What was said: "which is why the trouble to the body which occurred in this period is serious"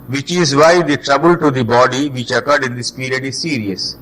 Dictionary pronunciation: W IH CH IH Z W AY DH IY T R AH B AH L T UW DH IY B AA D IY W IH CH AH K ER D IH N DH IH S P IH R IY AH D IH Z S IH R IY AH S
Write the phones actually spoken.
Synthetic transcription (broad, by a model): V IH CH IH Z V AY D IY T R AH B AH L T UW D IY B AA D IY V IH CH AH K ER D IH N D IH S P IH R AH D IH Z S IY R IY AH S